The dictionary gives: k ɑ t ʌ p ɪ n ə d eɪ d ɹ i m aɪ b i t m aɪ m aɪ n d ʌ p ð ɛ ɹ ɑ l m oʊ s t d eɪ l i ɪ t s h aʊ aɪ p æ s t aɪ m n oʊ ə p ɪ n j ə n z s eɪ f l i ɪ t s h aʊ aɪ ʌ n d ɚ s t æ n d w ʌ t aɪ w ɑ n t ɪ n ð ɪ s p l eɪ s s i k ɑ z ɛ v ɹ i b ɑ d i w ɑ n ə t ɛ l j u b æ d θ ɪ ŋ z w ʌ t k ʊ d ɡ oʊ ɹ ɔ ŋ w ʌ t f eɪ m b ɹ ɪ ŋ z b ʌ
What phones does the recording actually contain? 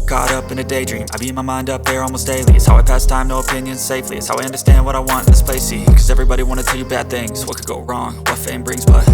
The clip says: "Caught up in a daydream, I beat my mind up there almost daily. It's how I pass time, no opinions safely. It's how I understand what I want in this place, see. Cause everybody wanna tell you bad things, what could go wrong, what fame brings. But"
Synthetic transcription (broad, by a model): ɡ ɑ t ʌ p ɪ n ə d eɪ d ɹ i m aɪ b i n m aɪ m aɪ n d ʌ p ð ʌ ɹ ɑ l m oʊ s t d eɪ l i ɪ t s h aʊ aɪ p æ s t aɪ m n oʊ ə p ɪ n j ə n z s eɪ f l i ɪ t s h aʊ aɪ ʌ n d ɚ s t æ n d w ʌ t aɪ w ɑ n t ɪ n ð ɪ s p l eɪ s s i k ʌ z ɛ v ɹ i b ɑ d i w ɑ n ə t ɛ l j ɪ b æ d θ ɪ ŋ z w ʌ t k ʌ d ɡ oʊ ɹ ɔ ŋ w ʌ t f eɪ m b ɹ ɪ ŋ z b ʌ